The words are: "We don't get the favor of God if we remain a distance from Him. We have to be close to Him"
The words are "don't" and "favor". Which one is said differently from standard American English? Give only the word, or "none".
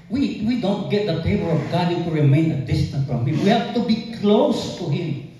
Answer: favor